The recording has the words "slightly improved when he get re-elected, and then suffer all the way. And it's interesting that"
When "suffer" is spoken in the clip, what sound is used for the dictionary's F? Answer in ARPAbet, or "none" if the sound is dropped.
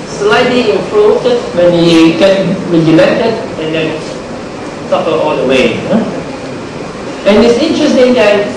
P